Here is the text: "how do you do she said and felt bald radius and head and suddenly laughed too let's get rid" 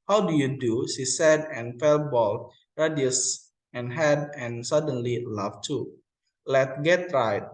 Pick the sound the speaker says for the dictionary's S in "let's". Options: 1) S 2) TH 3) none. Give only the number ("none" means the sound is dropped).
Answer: 3